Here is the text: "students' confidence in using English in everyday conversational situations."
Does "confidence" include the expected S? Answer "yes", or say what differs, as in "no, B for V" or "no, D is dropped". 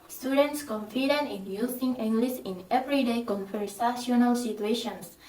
no, S is dropped